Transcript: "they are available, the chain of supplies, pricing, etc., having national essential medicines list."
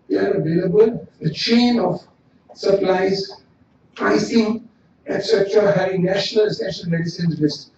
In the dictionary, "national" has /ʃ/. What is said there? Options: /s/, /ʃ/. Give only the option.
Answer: /ʃ/